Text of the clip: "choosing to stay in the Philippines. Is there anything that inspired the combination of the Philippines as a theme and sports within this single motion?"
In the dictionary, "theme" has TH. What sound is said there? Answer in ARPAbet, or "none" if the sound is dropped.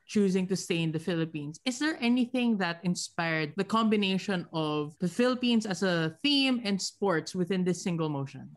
TH